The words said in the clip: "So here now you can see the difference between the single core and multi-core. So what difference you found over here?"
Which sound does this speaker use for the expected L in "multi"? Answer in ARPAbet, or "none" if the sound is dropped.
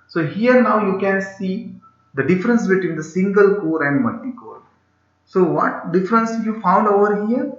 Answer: none